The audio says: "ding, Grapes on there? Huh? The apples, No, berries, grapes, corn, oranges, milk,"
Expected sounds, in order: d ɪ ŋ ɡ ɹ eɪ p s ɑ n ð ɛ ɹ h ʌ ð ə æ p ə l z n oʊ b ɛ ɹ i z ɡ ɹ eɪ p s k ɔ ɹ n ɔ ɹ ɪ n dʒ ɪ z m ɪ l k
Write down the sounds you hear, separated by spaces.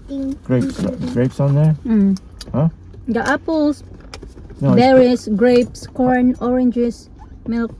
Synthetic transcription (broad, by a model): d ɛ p ɡ ɹ eɪ p s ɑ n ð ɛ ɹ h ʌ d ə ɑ p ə l s n oʊ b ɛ ɹ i s ɡ ɹ eɪ p s k ɔ ɹ n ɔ ɹ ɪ n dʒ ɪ s m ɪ l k